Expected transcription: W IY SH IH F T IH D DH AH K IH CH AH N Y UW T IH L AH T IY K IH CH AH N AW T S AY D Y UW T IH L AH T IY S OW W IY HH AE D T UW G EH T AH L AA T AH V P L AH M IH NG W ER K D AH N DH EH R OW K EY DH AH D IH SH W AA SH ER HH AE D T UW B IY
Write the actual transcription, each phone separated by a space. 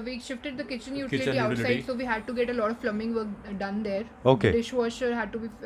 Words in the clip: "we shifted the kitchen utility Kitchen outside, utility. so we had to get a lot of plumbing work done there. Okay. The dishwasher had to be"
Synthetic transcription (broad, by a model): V IY SH IH F T IH D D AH K IH CH AH N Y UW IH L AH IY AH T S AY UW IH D S OW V IY HH AE D T UW G EH T AH L AA T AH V F L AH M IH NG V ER K D AH N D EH R OW K EY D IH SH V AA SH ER HH AE D T UW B IY